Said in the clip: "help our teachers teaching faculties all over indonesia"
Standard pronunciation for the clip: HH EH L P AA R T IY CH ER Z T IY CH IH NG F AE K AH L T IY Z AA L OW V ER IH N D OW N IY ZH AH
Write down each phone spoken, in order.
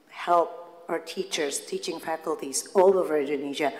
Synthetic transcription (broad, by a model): HH EH L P AA R T IY CH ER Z T IY CH IH NG F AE K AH L T IY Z AA L OW V ER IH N D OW N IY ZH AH